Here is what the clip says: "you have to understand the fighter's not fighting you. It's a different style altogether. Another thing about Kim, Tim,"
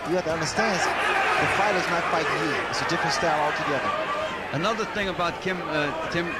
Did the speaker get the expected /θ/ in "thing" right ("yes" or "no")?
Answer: yes